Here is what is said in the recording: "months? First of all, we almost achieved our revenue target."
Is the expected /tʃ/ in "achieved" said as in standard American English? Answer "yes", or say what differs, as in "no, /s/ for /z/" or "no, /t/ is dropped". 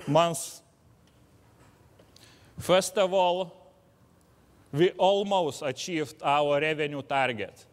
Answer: no, /ʃ/ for /tʃ/